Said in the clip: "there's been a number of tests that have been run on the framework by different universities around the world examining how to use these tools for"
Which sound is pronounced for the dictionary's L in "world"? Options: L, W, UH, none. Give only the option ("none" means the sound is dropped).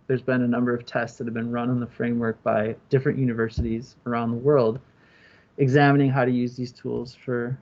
L